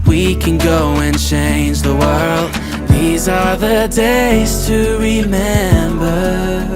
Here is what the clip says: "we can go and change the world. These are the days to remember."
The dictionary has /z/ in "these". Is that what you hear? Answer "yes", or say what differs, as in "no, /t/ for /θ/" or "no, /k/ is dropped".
yes